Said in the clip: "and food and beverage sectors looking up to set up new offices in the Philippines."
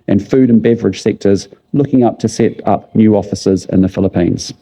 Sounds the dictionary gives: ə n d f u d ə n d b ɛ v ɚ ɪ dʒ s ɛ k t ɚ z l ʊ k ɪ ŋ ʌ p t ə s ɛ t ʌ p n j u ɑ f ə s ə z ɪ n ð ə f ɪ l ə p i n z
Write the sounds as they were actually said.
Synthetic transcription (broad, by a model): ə n f u d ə n b ɛ v ɚ ɪ dʒ s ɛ k t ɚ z l ʊ k ɪ ŋ ʌ p t ə s ɛ t ʌ p n j u ɑ f ə s ə z ɪ n ð ə f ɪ l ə p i n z